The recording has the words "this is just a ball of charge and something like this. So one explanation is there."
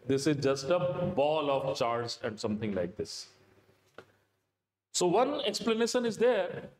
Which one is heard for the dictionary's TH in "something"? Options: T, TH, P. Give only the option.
T